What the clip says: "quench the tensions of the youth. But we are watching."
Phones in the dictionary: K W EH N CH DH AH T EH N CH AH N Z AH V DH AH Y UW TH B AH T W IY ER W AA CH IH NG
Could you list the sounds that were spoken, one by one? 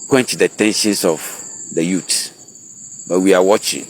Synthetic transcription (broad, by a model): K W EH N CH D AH T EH N SH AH N S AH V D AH Y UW T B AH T W IY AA W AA CH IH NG